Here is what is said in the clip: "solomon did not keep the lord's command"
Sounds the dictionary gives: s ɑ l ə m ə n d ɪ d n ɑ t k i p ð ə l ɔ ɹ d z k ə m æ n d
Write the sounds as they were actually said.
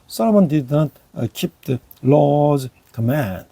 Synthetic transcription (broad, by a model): s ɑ l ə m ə n d ɪ d n ɑ t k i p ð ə l ɔ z k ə m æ n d